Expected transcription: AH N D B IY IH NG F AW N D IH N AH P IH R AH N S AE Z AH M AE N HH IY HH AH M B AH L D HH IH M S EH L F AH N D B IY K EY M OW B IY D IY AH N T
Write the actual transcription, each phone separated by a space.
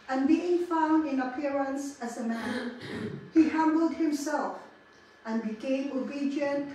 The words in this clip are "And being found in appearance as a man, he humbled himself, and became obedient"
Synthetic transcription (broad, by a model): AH N B IY IH NG F AW N D IH N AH P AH R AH N S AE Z AH M AE N HH IY HH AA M B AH L D HH IH M S EH L F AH N B IY K EY M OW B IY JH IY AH N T